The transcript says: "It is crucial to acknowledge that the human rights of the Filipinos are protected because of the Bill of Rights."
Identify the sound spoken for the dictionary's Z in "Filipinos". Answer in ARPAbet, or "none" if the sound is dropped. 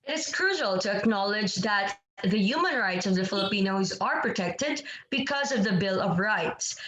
Z